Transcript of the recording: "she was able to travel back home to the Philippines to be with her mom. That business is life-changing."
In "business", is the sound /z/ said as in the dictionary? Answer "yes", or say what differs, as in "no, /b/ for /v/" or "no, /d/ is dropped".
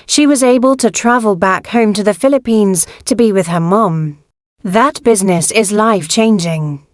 yes